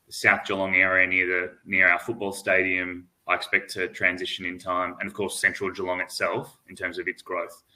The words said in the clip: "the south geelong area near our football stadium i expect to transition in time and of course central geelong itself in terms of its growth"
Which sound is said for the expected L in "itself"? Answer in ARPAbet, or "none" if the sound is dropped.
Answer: L